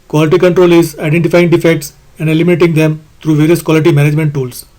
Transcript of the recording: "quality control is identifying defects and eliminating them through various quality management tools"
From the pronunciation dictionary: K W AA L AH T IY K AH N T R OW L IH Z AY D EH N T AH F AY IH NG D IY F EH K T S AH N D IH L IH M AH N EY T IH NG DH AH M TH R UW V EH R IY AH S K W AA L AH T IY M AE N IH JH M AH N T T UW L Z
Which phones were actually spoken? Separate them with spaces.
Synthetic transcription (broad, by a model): K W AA L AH T IY K AH N T R OW L IH Z AY D EH N T AH F AY IH NG D IY F EH K T S AH N D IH L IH M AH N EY T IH NG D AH M T R UW V EH R IY AH S K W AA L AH T IY M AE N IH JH M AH N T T UW L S